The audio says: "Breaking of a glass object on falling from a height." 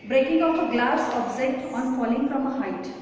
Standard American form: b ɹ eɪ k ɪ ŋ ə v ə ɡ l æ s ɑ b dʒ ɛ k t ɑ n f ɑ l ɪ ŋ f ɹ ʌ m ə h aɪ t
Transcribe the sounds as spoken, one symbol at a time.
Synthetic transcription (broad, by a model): b ɹ eɪ k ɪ ŋ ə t ə ɡ l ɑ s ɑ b z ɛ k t ɑ n f ɑ l ɪ ŋ f ɹ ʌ m ə h aɪ t